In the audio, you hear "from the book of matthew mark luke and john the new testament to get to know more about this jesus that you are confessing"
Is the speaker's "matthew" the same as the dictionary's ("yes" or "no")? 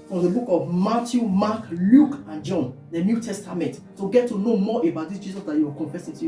no